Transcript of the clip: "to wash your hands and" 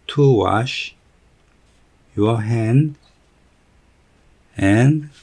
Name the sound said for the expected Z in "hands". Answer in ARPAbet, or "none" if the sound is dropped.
none